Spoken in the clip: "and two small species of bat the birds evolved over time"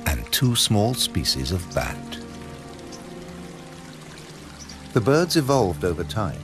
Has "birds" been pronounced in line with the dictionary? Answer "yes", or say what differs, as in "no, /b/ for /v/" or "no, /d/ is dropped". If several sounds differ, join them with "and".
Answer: yes